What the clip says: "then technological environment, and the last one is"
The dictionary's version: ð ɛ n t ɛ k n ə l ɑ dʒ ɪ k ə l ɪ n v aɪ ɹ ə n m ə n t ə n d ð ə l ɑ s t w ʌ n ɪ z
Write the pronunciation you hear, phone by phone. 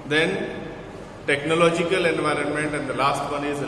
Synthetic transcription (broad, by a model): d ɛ n t ɛ k n ə l ɑ dʒ ɪ k ə l ɪ n v aɪ ɹ ə n m ə n t ə n d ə l ɑ s t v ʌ n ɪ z